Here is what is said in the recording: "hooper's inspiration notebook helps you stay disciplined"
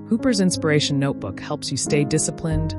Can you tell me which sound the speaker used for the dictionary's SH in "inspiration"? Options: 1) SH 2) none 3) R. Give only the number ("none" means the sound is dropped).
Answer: 2